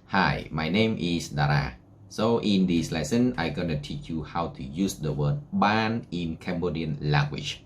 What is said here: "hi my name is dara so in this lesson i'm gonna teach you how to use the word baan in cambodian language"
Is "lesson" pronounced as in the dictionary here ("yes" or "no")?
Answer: yes